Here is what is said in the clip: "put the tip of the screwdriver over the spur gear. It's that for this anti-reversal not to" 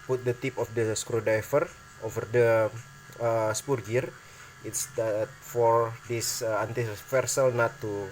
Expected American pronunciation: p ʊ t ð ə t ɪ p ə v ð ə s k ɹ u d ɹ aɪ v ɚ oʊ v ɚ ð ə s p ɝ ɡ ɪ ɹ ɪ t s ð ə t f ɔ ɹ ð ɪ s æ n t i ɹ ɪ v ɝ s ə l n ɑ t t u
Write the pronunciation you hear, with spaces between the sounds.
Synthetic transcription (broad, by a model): p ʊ t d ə t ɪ p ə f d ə s k ɹ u d aɪ f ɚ oʊ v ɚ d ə s p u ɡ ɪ ɹ ɪ t s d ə t f ɔ ɹ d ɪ s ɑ n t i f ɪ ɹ s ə l n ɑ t t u